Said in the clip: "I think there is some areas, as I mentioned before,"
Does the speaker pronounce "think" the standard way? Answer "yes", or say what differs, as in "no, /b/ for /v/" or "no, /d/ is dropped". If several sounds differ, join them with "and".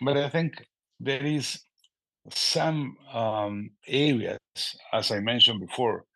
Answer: yes